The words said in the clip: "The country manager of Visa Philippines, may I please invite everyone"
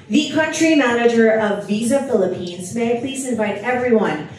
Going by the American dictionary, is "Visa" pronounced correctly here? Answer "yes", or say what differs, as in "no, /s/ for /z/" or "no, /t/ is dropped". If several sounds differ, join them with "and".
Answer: yes